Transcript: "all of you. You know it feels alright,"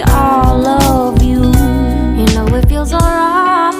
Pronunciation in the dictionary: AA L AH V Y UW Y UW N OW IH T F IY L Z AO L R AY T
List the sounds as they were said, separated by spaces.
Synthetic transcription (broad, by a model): AA L AH V Y UW Y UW N OW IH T F IY L Z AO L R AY